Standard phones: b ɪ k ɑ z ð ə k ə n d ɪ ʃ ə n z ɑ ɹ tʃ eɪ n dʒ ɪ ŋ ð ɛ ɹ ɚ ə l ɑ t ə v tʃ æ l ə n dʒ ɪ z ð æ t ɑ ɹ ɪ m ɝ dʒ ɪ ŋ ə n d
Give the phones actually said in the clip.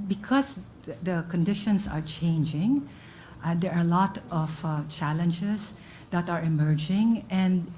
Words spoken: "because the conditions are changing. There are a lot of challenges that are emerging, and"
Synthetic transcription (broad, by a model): b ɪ k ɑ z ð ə k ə n d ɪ ʃ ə n s ɑ ɹ tʃ eɪ n dʒ ɪ ŋ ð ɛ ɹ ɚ ə l ɑ t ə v tʃ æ l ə n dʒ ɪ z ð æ t ɑ ɹ ɪ m ɝ dʒ ɪ ŋ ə n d